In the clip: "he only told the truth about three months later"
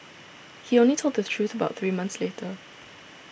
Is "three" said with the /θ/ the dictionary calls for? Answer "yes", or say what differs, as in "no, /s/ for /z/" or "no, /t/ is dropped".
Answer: yes